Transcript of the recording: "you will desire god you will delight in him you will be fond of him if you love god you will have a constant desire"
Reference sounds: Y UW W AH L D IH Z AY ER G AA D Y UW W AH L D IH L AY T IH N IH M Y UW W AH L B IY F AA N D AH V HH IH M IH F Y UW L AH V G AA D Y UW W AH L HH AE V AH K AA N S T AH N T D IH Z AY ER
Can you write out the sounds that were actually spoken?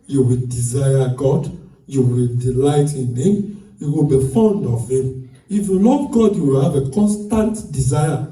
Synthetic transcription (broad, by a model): Y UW W AH L D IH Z AY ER G AA D Y UW W AH L D IH L AY T IH N IH M Y UW W AH L B IY F AA N D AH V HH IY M IH F Y UW L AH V G AA D Y UW W AH L HH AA V AH K AA N S T AH N T D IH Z AY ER